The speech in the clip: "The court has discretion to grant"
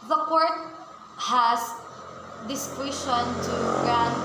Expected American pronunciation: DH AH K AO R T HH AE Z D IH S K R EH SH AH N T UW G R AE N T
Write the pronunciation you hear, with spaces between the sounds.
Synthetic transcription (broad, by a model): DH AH K AO R T HH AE S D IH S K W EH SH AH N T UW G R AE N